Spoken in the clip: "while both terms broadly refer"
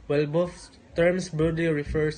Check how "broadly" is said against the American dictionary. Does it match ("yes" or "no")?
no